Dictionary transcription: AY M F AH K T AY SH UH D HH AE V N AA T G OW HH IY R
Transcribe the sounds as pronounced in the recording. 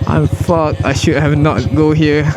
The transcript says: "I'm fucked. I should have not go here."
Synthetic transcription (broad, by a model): AY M F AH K AY SH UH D HH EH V N AA T G OW HH IY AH